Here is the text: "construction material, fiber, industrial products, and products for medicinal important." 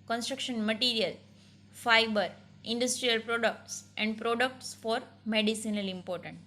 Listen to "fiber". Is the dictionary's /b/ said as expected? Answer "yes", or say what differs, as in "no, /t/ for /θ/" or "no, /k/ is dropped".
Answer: yes